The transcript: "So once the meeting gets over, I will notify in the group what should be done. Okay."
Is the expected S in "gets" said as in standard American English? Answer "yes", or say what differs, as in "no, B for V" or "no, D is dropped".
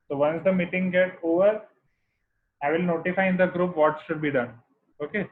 no, S is dropped